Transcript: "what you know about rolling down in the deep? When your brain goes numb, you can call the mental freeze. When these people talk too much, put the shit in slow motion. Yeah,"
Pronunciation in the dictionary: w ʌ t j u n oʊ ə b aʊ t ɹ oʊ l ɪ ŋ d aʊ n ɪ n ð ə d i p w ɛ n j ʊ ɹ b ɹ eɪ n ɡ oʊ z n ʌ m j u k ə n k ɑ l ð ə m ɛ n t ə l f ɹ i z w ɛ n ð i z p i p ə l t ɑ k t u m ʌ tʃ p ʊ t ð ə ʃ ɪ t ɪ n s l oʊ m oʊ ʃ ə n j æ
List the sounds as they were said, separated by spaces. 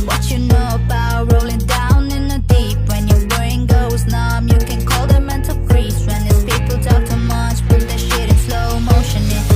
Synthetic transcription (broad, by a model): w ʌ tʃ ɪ n oʊ ə b aʊ t ɹ oʊ l ɪ ŋ d aʊ n ɪ n ð ə d i p w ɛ n j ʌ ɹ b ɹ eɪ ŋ ɡ oʊ z n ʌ m j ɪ k ə n k ɑ l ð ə m ɛ n t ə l p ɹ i s w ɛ n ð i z p i p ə l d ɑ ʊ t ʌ m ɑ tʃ b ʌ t ð ə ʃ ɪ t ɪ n s l oʊ m oʊ ʃ ə n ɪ